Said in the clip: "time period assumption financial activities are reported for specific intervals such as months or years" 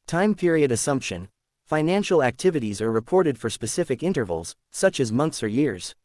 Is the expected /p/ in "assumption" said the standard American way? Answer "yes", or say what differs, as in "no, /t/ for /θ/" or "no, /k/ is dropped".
yes